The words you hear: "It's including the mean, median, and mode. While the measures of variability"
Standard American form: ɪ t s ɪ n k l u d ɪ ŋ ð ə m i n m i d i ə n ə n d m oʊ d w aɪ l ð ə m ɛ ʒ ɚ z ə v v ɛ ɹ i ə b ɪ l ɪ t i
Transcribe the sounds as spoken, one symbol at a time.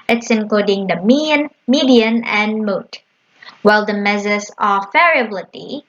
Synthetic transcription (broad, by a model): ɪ t s ɪ n k l u d ɪ ŋ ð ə m i n m i d i ə n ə n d m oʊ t w aɪ l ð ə m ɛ z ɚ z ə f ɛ ɹ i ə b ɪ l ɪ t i